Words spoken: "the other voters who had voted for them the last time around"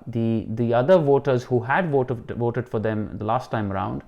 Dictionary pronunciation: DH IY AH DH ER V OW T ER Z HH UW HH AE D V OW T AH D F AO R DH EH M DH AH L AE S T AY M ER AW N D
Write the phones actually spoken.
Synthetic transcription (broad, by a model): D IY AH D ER V OW T ER Z HH UW HH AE D V OW T AH D F AO R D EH M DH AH L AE S T AY M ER AW N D